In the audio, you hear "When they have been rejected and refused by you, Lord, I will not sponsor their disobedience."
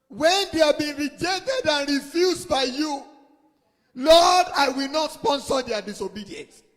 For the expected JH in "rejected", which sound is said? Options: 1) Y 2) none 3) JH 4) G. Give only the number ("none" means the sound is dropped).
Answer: 3